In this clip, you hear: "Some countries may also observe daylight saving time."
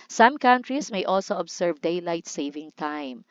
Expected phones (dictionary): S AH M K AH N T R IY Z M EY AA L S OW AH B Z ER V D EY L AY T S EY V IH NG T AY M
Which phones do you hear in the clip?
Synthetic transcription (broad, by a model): S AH M K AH N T R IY S M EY AA L S OW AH B S ER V D EY L AY T S EY V IH NG T AY M